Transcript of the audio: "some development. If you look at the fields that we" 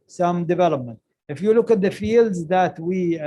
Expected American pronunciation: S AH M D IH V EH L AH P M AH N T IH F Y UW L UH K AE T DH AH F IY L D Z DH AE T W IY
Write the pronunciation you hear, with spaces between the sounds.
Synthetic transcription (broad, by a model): S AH M D IH V EH L AH P M AH N T IH F Y UW L UH K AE T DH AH F IY L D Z DH AE T W IY